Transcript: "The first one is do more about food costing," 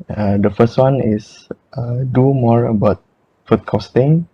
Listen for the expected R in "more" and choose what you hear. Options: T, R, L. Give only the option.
R